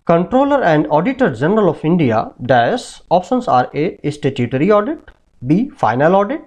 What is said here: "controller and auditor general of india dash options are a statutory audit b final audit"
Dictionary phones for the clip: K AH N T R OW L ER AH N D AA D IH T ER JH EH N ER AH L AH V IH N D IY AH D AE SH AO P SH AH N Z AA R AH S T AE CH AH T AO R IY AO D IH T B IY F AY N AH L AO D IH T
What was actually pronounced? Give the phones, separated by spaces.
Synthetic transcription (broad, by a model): K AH N T R OW L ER AH N D AA D IH T ER JH EH N ER AH L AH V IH N D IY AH D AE S AO P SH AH N S AA R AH S T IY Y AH T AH R IY AO D IH T B IY F AY N AH L AO D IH T